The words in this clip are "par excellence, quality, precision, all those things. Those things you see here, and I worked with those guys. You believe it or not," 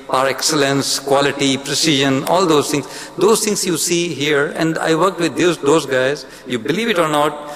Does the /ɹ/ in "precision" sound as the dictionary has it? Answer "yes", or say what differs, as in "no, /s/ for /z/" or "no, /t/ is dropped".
yes